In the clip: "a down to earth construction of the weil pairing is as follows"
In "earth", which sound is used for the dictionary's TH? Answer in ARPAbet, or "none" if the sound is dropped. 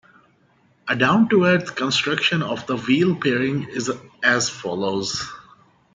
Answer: T